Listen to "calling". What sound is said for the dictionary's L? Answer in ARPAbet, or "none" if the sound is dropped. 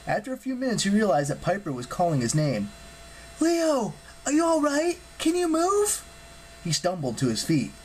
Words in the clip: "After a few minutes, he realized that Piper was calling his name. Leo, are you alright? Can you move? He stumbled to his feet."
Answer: L